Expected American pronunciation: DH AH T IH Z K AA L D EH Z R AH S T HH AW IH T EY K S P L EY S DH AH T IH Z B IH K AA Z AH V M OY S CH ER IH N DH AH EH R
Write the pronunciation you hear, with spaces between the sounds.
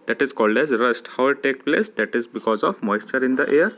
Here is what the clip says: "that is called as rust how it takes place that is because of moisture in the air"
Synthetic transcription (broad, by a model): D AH T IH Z K AA L D EH Z R AH S T HH AW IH T EY K P L EY S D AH T IH Z B IH K AA Z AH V M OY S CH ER IH N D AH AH R